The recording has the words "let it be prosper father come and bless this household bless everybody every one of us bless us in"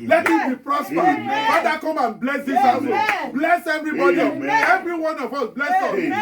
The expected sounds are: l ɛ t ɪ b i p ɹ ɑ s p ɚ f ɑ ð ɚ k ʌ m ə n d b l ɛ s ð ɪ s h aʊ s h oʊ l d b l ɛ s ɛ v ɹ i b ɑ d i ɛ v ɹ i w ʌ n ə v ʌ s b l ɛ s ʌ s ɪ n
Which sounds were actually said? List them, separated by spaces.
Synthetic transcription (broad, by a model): l ɛ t ɪ b i p ɹ ɑ s p ɚ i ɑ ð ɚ k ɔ m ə n b l ɛ s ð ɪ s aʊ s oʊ b l ɛ s ɛ v ɹ i b ɑ d i ɛ v ɹ i w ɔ n ə v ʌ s b l ɛ s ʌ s